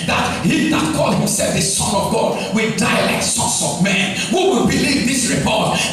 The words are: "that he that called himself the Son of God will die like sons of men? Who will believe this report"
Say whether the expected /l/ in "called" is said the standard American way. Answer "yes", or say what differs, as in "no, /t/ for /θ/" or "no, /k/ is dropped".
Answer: yes